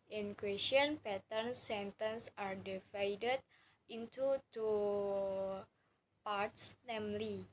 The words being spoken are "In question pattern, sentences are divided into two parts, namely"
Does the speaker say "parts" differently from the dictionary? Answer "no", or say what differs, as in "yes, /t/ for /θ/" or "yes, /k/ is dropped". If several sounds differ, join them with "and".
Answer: no